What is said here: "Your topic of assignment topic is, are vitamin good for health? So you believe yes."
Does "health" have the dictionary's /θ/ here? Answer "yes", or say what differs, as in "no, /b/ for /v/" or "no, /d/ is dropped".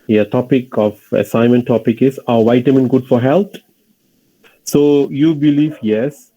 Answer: no, /t/ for /θ/